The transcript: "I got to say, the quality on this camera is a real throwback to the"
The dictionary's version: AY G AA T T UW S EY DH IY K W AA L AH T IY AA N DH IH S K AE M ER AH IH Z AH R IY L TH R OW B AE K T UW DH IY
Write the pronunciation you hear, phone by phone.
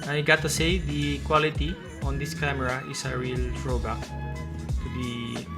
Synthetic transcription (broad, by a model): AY G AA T T UW S EY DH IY K W AA L AH T IY AA N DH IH S K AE M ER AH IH S AH R IY L F R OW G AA T UW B IY